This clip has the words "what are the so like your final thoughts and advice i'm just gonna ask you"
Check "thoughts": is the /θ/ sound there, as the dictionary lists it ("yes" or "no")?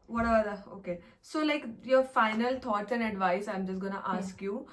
no